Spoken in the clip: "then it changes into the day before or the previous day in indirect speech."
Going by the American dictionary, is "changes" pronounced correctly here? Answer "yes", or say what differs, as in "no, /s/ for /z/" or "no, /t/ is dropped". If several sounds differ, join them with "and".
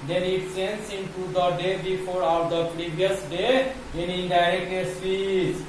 no, /s/ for /tʃ/